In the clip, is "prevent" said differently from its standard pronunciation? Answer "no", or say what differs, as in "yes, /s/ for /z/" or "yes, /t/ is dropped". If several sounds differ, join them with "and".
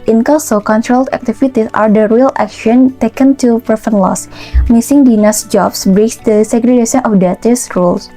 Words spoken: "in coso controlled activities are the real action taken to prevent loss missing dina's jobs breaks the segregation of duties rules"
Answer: yes, /f/ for /v/